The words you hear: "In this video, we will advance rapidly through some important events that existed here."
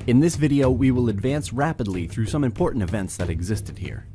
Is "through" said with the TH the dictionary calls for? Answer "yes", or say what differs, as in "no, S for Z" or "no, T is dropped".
yes